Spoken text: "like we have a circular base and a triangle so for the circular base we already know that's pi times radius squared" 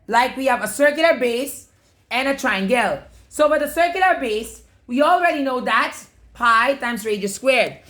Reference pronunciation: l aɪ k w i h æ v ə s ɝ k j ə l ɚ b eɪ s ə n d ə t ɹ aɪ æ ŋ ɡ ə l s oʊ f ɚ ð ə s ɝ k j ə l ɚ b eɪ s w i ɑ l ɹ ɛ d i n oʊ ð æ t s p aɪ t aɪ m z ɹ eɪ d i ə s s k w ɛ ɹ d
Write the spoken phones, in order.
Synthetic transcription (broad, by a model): l aɪ k w i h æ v ə s ɝ k j ə l ɚ b eɪ s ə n ə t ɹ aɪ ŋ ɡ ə l s oʊ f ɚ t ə s ɝ k j ə l ɚ b eɪ s w i ɑ l ɹ ɛ d i n oʊ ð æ t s p aɪ t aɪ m s ɹ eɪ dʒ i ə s s k w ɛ ɹ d